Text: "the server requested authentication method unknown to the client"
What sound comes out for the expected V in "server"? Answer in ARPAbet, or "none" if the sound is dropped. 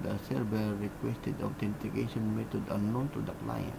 B